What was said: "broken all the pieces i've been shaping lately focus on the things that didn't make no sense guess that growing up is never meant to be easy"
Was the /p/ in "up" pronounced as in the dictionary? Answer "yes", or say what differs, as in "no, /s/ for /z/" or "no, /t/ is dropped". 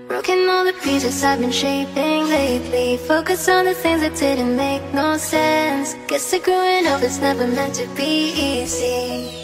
no, /f/ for /p/